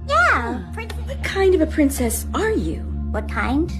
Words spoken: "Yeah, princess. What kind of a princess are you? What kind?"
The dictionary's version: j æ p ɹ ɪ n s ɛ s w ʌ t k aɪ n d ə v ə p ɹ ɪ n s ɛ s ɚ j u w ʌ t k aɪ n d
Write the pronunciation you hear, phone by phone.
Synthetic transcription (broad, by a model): j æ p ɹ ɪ n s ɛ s w ʌ t k aɪ n d ə v ə p ɹ ɪ n s ɛ s ɚ j u w ʌ t k aɪ n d